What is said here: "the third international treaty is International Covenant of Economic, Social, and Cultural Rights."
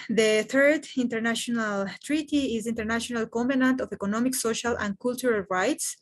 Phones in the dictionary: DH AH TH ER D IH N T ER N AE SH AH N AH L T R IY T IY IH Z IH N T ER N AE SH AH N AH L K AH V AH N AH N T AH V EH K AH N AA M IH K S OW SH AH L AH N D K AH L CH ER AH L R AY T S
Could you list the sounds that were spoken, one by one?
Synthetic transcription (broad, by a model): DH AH TH ER D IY N T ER N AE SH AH N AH L T R IY T IY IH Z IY N T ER N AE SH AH N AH L K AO P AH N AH N T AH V EH K AH N AA M IH K S OW SH AH L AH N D K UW L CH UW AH L R AY T S